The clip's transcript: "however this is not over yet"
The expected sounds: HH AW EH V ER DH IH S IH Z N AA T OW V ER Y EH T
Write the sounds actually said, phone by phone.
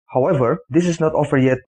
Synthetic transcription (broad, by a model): HH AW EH V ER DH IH S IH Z N AA T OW F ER Y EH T